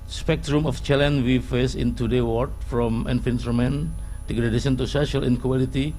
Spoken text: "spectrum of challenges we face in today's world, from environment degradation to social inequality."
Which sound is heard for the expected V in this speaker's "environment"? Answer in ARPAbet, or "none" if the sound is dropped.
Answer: F